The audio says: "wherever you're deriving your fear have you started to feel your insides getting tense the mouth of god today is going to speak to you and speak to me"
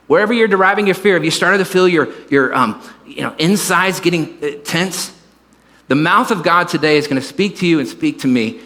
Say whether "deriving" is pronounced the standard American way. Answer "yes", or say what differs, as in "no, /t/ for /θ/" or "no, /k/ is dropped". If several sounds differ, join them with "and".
yes